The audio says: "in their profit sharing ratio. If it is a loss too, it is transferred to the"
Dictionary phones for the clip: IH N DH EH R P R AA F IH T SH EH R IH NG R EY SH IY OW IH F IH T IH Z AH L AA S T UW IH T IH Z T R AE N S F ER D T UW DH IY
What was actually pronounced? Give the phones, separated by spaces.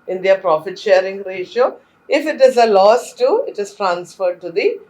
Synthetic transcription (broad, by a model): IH N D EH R P R AA F IH T SH EH R IH NG R EY SH IY OW IH F IH T IH Z AH L AA S T UW IH T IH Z T R AE N S F ER D T UW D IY